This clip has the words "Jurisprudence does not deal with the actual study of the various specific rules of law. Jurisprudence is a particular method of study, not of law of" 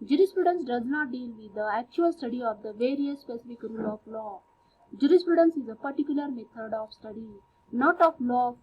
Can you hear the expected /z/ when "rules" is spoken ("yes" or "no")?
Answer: no